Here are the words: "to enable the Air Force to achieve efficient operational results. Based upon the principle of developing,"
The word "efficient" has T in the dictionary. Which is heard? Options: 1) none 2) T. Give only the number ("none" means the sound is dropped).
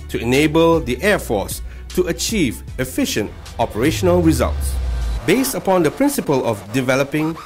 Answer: 2